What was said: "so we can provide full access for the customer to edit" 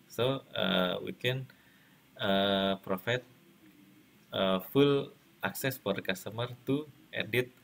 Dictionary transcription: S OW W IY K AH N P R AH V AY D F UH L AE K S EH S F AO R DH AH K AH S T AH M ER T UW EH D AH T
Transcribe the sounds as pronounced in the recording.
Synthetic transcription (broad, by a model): S OW W IY K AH N P R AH F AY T F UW L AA K S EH S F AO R K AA S T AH M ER T UW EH D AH T